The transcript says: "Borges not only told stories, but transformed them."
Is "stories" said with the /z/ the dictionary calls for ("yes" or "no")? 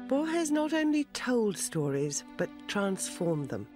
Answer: yes